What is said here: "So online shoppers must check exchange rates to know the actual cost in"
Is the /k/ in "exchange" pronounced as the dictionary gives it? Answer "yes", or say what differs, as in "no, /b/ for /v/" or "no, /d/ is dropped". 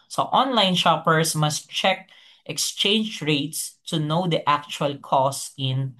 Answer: yes